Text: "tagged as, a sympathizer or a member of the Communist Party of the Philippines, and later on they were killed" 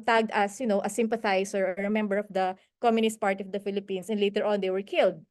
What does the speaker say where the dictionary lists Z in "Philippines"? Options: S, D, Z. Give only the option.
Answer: S